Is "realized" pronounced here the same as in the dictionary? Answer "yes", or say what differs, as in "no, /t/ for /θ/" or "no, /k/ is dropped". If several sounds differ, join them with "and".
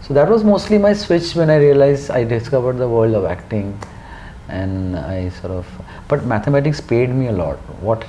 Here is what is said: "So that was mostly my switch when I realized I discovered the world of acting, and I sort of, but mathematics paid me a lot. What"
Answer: no, /d/ is dropped